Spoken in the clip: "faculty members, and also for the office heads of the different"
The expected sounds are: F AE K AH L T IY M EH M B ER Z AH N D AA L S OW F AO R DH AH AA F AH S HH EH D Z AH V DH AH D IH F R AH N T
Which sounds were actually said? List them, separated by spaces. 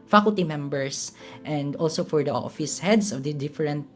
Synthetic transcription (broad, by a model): F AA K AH L T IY M EH M B ER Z AH N D AA L S OW F AO R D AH AA F AH S HH EH D S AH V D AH D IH F R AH N T